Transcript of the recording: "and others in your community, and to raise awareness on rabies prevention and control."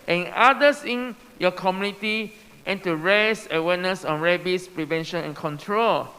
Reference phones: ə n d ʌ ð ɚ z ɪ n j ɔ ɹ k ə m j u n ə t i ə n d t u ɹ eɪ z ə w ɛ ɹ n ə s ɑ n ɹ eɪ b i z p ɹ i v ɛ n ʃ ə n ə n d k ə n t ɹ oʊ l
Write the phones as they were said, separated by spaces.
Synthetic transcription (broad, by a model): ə n d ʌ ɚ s ɪ n j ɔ k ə m j u n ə t i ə n t u ɹ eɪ s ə w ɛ n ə s ɑ n ɹ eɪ b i s p ɹ i v ɛ n ʃ ə n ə n k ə n t ɹ oʊ l